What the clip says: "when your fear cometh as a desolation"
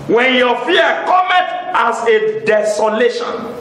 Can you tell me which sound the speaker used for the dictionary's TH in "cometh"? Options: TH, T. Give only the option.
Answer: T